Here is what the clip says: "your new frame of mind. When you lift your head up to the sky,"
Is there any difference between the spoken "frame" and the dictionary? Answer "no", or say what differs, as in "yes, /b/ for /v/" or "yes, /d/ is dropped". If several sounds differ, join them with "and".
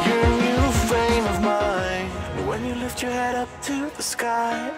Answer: yes, /ɹ/ is dropped